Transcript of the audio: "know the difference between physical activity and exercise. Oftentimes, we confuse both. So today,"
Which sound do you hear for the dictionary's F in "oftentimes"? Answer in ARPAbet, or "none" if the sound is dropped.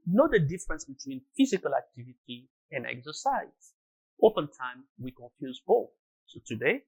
P